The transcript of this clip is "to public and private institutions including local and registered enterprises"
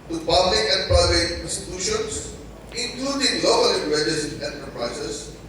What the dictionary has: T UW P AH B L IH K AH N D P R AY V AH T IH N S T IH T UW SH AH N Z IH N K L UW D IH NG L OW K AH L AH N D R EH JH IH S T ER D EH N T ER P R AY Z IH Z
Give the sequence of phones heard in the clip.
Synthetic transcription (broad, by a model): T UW P AH B L IH K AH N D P AY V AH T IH N S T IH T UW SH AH N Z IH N K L UW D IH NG L OW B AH L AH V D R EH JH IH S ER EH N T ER P R AY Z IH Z